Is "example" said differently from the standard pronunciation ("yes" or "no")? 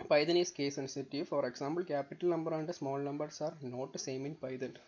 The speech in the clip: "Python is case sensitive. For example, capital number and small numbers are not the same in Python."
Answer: yes